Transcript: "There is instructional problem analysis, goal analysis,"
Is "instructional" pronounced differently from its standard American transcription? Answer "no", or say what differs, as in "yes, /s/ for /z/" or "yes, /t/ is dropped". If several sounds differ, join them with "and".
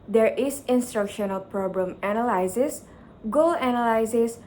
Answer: no